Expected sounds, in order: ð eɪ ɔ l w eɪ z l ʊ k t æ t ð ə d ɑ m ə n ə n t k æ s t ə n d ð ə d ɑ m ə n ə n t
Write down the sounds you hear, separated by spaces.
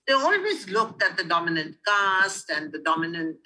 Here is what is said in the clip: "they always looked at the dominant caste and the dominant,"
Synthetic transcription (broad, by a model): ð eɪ ɔ l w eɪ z l ʊ k t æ t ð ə d ɑ m ə n ə n t k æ s t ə n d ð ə d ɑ m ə n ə n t